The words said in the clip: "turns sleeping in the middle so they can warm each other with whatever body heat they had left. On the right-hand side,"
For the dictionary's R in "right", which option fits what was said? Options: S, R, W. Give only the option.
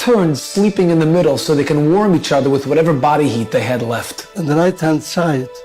R